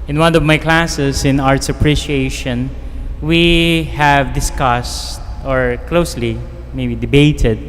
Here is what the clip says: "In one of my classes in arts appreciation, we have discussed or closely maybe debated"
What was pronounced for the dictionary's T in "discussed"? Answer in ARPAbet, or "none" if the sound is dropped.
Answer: T